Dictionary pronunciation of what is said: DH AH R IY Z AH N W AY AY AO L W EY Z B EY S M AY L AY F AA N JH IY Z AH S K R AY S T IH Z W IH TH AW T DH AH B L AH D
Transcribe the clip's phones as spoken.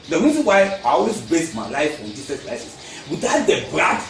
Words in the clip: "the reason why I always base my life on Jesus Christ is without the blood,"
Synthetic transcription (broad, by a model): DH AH R IY Z AH N W AY AY AO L W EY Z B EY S M AY L AY F AA N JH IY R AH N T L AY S IH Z W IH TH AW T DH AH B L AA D